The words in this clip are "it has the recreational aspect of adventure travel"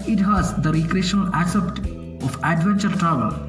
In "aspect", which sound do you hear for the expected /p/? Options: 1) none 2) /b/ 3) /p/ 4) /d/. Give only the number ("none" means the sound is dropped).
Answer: 1